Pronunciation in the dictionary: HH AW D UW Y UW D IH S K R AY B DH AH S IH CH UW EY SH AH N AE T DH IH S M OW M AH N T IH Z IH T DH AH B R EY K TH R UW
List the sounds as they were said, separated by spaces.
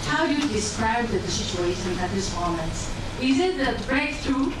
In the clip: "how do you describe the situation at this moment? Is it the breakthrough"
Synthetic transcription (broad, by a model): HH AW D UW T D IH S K R AY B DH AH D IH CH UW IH S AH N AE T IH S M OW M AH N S IH Z IH T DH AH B R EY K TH R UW